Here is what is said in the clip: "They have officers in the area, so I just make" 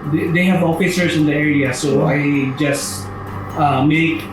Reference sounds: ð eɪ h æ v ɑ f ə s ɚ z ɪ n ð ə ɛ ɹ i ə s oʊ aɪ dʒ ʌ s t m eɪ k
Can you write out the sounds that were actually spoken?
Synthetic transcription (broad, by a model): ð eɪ h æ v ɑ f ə s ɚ s ɪ n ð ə ɛ ɹ i ə s oʊ aɪ dʒ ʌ s t m eɪ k